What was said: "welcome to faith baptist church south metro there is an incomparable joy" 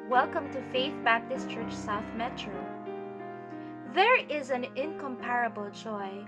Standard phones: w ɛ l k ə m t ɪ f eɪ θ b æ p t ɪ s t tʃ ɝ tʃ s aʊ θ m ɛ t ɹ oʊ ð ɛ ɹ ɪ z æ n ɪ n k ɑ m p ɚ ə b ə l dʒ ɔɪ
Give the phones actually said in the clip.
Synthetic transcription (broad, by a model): w ɛ l k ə m t ɪ f eɪ θ b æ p t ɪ s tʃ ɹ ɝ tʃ s aʊ θ m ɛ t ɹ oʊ ð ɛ ɹ ɪ z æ n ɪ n k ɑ m p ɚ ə b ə l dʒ ɔɪ